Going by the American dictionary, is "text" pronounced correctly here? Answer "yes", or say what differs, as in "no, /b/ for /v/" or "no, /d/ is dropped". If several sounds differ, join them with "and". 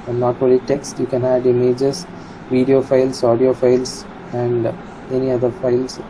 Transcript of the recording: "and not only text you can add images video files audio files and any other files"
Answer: yes